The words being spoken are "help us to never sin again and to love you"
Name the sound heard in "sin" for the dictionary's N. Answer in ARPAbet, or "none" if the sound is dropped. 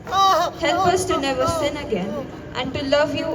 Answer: N